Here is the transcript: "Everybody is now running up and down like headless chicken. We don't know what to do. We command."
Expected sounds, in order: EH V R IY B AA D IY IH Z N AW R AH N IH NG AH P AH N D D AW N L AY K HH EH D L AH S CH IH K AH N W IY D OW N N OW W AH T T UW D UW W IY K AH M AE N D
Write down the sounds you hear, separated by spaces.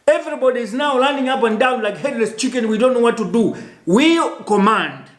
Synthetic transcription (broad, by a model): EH V R IY B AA D IY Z N AW L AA N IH NG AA P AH N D D AW N L AY K HH EH D L AH S CH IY K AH N W IY D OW N N OW W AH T T UW D UW W IY K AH M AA N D